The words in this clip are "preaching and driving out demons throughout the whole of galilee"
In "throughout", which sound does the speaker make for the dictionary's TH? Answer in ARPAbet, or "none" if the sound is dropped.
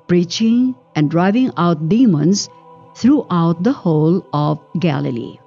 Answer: T